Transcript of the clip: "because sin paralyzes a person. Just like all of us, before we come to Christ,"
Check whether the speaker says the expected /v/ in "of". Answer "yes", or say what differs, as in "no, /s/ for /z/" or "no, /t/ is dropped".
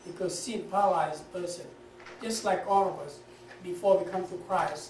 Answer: yes